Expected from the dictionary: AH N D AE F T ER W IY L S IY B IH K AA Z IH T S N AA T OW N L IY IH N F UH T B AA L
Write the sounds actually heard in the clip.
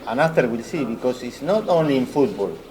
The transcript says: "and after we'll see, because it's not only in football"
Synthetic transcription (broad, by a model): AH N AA T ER W IY L S IY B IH K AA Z IH T S N AA T OW N L IY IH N F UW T B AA L